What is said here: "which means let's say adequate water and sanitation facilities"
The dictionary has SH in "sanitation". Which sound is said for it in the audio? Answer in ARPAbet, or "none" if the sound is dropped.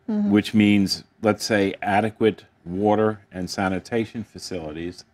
SH